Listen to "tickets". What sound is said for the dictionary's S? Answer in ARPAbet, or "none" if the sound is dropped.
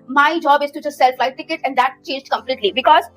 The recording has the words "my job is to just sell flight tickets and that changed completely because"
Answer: none